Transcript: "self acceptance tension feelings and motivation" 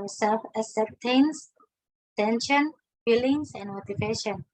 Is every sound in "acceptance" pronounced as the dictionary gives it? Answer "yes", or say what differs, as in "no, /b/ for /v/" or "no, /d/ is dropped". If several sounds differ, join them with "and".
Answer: no, /k/ is dropped